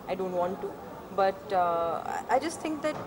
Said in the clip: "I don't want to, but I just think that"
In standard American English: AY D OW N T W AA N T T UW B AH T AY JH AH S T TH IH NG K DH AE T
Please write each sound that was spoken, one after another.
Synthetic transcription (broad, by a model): AY D OW N T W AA N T T UW B AH T AY JH AH S T T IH NG K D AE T